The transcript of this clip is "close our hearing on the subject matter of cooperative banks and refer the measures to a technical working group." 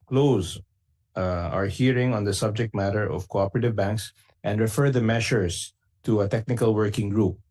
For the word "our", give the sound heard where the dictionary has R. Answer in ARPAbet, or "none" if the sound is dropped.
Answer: R